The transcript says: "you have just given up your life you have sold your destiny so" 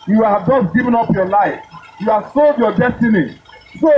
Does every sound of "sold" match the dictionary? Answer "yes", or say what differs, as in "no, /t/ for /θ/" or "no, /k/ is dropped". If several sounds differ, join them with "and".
yes